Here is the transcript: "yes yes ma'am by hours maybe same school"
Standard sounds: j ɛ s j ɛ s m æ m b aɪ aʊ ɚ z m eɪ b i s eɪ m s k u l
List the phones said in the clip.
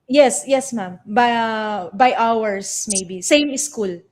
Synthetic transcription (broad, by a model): j ɛ s j ɛ s m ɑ m b aɪ aʊ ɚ s m eɪ b i s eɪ m s k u l